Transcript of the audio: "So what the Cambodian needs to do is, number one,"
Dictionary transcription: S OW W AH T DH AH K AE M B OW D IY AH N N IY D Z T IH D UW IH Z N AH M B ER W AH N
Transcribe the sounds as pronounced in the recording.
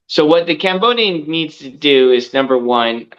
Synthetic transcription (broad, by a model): S OW W AH T DH AH K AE M B OW D IY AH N N IY D Z T IH D UW IH Z N AH M B ER W AH N